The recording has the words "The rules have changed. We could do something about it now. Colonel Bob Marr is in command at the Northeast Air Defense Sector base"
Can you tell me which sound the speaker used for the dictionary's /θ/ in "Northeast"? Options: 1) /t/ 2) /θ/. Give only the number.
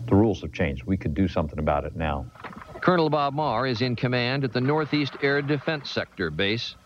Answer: 2